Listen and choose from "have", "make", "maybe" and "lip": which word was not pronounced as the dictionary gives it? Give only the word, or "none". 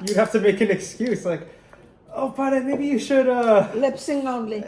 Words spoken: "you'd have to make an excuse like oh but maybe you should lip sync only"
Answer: have